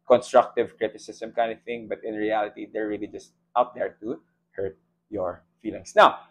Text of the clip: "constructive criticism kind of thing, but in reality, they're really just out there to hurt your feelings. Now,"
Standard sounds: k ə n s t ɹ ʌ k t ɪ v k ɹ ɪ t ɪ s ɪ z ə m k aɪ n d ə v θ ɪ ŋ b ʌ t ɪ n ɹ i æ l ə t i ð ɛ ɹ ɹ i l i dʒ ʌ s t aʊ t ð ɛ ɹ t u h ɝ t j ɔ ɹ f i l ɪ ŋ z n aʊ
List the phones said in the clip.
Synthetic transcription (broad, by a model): k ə n s t ɹ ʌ k t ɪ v k ɹ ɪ t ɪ s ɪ s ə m k aɪ n d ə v θ ɪ ŋ b ʌ t ɪ n ɹ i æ l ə t i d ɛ ɹ ɹ i l i dʒ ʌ s t aʊ t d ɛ ɹ t u h ɝ t j ɔ ɹ f i l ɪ ŋ s n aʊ